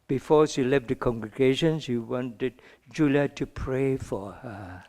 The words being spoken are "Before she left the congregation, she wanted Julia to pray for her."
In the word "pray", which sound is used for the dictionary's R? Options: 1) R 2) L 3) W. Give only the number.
1